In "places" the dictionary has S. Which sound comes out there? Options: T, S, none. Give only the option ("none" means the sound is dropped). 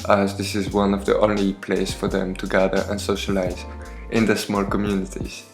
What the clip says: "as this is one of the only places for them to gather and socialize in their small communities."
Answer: none